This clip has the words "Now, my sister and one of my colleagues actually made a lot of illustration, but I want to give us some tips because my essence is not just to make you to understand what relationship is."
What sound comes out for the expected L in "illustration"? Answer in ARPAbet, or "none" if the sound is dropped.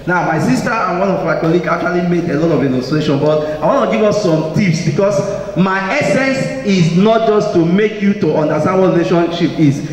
N